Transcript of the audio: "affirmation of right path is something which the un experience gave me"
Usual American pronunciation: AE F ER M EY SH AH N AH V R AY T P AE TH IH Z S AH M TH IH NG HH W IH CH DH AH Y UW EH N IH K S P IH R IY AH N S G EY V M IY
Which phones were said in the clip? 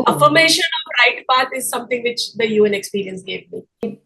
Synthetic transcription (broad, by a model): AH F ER M EY SH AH N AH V R AY T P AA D IH Z S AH M T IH NG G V IH CH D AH Y UW EH N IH K S P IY R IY AH N S G EY V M IY